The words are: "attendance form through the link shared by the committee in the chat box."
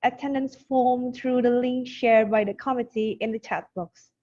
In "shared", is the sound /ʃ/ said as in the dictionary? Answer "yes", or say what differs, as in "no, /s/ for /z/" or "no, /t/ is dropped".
yes